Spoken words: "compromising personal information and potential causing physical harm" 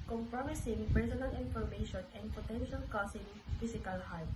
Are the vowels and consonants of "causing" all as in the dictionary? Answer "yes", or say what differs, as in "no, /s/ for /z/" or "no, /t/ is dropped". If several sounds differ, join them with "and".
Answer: no, /s/ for /z/